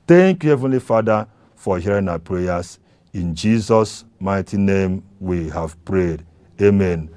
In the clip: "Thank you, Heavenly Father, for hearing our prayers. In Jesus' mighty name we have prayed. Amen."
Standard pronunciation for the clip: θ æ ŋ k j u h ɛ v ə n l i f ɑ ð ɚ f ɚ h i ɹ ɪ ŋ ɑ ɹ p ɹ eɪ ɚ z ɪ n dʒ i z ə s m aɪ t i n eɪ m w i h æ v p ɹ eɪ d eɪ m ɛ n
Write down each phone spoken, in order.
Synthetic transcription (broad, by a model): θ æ ŋ k j u h ɛ v ə n l i f ɑ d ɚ f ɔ h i ɹ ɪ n ɑ p ɹ eɪ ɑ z ɪ n dʒ i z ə s m aɪ t i n eɪ m w i h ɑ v p ɹ eɪ d eɪ m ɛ n